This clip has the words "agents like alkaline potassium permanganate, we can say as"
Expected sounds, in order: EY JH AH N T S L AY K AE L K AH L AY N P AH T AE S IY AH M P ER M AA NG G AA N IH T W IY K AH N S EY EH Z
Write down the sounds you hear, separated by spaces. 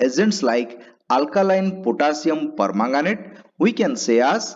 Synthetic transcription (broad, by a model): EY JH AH N T S L AY K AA L K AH L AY N P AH T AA S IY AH M P ER M AA NG G AA N IH T W IY K AH N S EY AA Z